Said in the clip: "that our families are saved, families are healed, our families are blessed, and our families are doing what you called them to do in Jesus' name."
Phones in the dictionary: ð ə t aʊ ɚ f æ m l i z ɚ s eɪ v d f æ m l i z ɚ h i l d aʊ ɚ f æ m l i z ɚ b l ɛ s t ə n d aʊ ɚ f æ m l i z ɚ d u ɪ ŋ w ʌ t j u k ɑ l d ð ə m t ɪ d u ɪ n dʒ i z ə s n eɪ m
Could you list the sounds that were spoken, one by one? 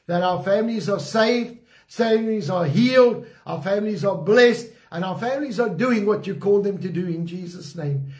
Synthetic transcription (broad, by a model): ð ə t aʊ ɚ f æ m l i z ɚ s eɪ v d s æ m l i z ɚ h i l d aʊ ɚ f æ m l i z ɚ b l ɛ s t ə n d aʊ ɚ f æ m l i z ɚ d u ɪ ŋ w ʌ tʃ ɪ k ɑ l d ð ə m t ɪ d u ɪ n dʒ i z ə s n eɪ m